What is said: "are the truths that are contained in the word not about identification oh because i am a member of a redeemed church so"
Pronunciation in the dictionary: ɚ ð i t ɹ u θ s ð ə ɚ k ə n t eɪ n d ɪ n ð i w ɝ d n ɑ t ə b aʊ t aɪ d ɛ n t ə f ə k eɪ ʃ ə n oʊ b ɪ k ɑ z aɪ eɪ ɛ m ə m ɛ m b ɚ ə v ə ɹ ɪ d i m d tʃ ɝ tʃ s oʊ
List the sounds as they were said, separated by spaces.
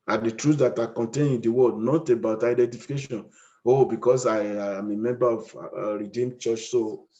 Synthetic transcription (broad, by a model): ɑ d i t ɹ u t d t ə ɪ k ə n t eɪ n ɪ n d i w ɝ d n ɑ t ə b aʊ t aɪ d ɛ n t ə f ə k eɪ ʃ ə n oʊ b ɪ k ɑ s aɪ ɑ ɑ m ə m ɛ m b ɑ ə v ɹ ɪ d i m tʃ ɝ tʃ s oʊ